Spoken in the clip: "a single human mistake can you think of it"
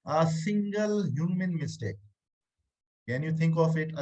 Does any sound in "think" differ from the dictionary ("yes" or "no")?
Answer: yes